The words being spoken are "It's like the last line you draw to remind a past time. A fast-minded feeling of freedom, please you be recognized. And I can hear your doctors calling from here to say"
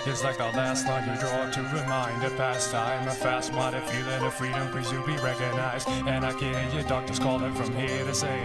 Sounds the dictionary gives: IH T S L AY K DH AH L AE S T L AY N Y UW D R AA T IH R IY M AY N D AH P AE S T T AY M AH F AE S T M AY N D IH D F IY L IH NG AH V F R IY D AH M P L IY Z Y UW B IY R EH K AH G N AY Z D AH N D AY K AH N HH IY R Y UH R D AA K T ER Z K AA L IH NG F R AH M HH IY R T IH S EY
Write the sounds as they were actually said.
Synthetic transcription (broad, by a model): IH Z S L AY K DH AH L AE S T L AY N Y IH D R AA T IH R IY M AY N D AH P AE S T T AY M AH F AE S T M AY D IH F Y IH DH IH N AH F R IY D AH M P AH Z Y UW B IY R EH K AH G N AY Z D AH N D AY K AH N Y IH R D AA K T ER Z K AA L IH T F R AH M HH IY R T IH S EY